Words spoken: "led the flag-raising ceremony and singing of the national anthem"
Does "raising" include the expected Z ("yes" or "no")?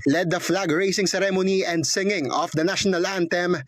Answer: no